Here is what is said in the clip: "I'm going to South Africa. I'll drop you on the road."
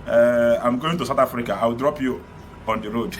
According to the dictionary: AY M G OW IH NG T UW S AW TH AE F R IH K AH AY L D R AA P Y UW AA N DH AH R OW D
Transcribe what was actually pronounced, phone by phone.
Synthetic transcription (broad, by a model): AY M G OW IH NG T UW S AW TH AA F R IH K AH AY W D R AA P Y UW AA N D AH R OW D